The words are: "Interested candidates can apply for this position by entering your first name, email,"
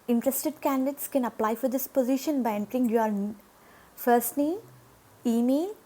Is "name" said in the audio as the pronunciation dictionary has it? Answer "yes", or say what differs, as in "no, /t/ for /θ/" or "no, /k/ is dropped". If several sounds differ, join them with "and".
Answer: no, /m/ is dropped